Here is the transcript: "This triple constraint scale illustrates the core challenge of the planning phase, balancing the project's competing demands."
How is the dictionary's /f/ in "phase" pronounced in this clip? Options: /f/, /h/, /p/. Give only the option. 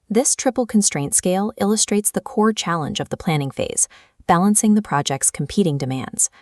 /f/